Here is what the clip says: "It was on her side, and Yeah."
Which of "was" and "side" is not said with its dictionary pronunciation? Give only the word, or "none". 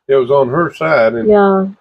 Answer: none